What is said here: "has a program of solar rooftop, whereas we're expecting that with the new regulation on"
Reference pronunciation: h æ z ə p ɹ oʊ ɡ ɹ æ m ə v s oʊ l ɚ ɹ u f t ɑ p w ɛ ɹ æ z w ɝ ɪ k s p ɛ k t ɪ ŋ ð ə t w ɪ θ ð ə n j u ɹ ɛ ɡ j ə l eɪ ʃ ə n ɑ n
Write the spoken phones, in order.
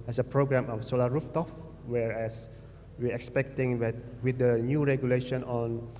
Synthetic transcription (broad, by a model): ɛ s ə p ɹ oʊ ɡ ɹ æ m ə f s oʊ l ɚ ɹ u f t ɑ f w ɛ ɹ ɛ s w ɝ ɪ k s p ɛ k t ɪ ŋ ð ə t w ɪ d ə n j u ɹ ɛ ɡ j ə l eɪ ʃ ə n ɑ n